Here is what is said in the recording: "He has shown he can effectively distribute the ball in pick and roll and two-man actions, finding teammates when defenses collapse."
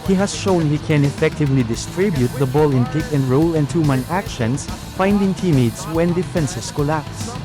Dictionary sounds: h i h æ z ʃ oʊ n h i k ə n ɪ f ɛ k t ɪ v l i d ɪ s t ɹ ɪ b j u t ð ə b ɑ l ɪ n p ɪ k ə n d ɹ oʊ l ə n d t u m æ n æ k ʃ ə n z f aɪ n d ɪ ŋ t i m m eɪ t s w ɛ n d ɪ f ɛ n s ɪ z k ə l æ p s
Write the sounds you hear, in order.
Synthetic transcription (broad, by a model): h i h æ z ʃ oʊ n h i k ə n ɪ f ɛ k t ɪ v l i d ɪ s t ɹ ɪ b j u t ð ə b ɑ l ɪ n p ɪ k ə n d ɹ oʊ l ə n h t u m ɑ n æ k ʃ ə n s f aɪ n d ɪ ŋ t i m m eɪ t s w ɛ n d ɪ f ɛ n s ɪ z k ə l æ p s